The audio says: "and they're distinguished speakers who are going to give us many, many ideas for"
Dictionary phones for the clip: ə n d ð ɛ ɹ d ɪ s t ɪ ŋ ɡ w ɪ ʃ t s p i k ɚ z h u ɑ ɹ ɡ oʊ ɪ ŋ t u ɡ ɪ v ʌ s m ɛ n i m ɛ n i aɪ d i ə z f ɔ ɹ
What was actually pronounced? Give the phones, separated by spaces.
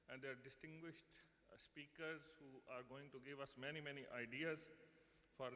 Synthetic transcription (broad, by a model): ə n d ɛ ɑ ɹ d ɪ s t ɪ ŋ ɡ w ɪ ʃ t s p i k ɚ z h u ɑ ɹ ɡ oʊ ɪ ŋ t u ɡ ɪ v ʌ s m ɛ n i m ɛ n i aɪ d i ə z f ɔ ɹ